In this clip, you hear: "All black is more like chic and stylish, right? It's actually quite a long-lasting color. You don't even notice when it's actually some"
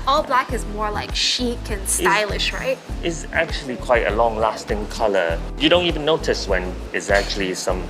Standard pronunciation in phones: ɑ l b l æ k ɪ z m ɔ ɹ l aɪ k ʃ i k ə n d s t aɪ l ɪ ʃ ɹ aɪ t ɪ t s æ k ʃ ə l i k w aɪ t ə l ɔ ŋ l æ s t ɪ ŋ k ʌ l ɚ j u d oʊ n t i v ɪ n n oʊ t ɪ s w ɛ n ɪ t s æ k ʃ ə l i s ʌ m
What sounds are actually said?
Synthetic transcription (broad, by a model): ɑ l b l æ k ɪ z m ɔ ɹ l aɪ k ʃ i k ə n s aɪ l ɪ ʃ ɹ aɪ t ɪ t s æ k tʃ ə l i k w aɪ t ə l ɔ ŋ l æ s t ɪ ŋ k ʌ l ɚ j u d oʊ n t i v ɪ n n oʊ t ɪ s w ɛ n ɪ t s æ k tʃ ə l i s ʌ m